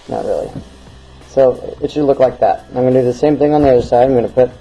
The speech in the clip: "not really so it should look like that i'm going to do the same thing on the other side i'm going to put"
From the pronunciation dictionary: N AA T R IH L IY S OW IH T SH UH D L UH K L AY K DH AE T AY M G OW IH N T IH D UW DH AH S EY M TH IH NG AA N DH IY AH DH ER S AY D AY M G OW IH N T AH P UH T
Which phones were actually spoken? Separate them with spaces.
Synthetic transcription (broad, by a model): N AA T R IH L IY S OW IH T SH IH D L UH K L AY K DH AE T AY M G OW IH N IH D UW DH AH S EY M TH IH NG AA N DH IY AH DH ER S AY D AY M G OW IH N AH P UH T